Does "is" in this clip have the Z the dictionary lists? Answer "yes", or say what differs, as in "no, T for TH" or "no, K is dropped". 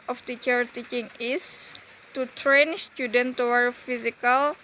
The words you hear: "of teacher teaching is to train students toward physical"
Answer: no, S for Z